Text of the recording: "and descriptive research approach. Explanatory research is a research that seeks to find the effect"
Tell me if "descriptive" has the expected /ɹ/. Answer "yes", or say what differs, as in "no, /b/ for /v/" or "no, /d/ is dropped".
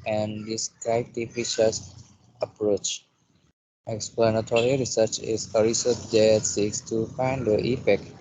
no, /ɹ/ is dropped